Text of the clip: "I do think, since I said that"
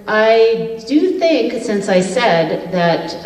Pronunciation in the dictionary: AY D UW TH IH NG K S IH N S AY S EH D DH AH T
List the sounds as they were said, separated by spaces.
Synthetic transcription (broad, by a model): AY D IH TH IH NG K S IH N S AY S EH D DH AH T